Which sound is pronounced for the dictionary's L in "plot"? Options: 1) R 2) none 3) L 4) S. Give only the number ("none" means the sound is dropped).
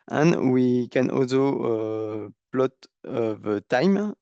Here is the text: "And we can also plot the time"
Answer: 3